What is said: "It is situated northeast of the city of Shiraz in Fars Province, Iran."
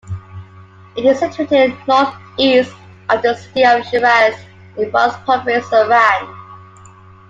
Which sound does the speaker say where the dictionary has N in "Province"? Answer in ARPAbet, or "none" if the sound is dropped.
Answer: none